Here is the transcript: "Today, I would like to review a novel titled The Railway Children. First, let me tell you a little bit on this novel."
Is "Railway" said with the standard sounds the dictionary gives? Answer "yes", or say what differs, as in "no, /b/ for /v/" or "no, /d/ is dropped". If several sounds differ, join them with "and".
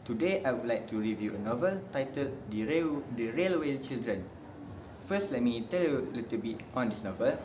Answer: yes